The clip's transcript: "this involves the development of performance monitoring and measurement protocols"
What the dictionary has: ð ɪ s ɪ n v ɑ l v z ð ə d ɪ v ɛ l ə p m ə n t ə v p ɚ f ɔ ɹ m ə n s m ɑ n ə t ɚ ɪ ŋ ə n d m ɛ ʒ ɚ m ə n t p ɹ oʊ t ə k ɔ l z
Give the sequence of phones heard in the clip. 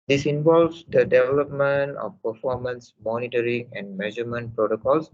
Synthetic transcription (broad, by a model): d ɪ s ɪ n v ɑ l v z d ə d ɪ v ɛ l ə p m ə n t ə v p ɚ f ɔ ɹ m ə n s m ɑ n ə t ɚ ɪ ŋ ə n d m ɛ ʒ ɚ m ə n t p ɹ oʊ t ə k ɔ l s